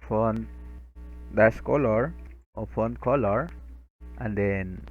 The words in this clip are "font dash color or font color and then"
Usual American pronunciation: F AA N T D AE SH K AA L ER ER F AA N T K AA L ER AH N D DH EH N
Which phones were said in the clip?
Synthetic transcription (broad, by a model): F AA N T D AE S K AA L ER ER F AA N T K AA L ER AH N D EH N